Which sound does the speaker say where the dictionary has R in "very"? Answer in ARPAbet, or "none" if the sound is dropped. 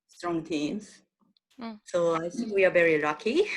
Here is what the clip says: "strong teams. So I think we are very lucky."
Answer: R